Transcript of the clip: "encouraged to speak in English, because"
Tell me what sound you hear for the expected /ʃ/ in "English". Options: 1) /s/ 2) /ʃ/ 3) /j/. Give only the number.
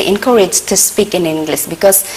1